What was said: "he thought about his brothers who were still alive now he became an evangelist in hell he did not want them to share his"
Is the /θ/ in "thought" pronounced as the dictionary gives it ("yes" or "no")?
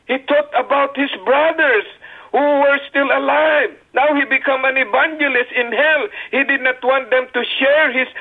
no